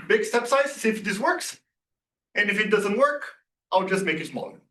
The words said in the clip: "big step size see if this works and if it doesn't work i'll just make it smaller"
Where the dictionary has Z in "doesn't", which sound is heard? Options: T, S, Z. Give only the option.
Z